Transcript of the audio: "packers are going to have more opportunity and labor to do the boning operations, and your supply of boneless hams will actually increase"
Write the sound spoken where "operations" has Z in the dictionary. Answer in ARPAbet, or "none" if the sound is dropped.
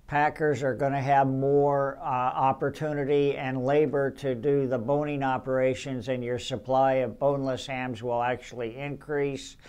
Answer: Z